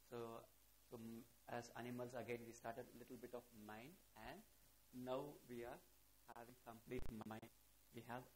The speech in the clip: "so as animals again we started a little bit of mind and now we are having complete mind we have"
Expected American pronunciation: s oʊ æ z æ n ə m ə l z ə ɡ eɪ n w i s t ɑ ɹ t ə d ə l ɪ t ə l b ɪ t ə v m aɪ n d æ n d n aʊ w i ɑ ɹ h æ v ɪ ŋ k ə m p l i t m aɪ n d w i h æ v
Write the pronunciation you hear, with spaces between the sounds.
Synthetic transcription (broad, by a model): s oʊ æ z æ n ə m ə l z ə ɡ eɪ n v i s t ɑ ɹ t ə d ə l ɪ t ə l b ɪ t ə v m aɪ n d æ n d n aʊ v i ɑ ɹ h æ v ɪ ŋ k ə m p l i t m aɪ n d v i h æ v